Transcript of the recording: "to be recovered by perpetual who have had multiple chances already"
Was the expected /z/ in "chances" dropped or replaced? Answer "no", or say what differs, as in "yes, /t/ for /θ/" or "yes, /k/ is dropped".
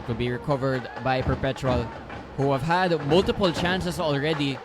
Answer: yes, /s/ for /z/